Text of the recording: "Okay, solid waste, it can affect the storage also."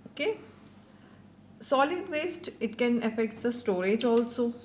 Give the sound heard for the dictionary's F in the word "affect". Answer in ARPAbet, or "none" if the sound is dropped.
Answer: F